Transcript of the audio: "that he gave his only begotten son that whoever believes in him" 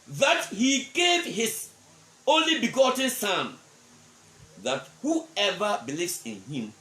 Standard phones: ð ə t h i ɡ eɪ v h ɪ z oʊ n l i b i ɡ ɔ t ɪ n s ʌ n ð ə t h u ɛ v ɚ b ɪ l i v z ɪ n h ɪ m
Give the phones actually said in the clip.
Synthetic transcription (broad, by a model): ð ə t h i ɡ eɪ v h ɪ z oʊ n l i b i ɡ ɔ t ɪ n s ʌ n ð ə t h u ɛ v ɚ b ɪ l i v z ɪ n h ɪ m